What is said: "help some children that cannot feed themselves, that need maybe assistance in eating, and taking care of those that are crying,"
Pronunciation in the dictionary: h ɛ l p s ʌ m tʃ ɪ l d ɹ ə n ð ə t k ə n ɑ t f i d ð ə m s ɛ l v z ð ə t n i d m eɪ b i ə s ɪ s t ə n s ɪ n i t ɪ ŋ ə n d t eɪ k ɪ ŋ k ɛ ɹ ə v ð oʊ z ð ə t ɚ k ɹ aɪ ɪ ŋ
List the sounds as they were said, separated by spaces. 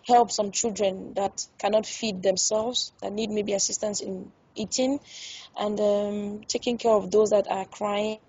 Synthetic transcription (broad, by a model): h ɛ l p s ʌ m tʃ ɪ l d ɹ ə n ð ə t k ə n ɑ t f i d ð ə m s ɛ l v z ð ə t n i d m eɪ b i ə s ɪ s t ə n s ɪ n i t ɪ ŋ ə n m t eɪ k ɪ ŋ k ɛ ɹ ə v ð oʊ z ð ə t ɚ k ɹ aɪ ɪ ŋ